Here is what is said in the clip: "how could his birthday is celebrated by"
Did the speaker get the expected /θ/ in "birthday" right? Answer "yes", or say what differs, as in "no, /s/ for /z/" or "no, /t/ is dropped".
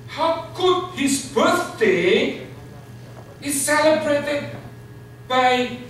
no, /s/ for /θ/